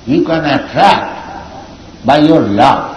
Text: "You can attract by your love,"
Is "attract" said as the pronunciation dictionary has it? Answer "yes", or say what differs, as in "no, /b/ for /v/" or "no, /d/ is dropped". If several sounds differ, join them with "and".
yes